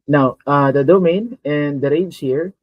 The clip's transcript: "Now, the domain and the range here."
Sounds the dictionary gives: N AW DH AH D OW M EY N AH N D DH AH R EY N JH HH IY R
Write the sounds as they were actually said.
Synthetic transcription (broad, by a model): N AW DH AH D OW M EY N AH N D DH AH R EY JH HH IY R